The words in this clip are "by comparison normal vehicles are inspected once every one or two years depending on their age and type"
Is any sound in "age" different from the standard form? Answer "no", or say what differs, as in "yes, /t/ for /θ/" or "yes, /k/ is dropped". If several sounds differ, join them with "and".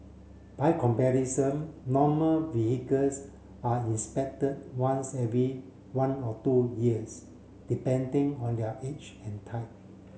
yes, /tʃ/ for /dʒ/